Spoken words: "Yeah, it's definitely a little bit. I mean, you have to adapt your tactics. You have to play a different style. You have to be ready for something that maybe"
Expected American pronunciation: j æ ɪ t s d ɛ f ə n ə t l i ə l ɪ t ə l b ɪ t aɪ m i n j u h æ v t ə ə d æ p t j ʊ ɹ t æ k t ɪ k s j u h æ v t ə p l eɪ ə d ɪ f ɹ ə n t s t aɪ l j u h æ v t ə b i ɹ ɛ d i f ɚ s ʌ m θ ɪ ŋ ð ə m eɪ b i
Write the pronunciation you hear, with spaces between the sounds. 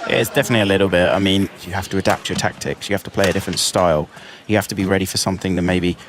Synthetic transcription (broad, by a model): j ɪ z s d ɛ f ə n ə t l i ə l ɪ t l b ɪ t aɪ m i n j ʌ h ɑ f t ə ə d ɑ p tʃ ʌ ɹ t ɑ k t ɪ k s j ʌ h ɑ f t ə p l eɪ ə d ɪ f ɹ ə n t s t aɪ l j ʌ h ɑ f t ə b i ɹ ɛ d i f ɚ s ʌ m θ ɪ ŋ ð ə m eɪ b i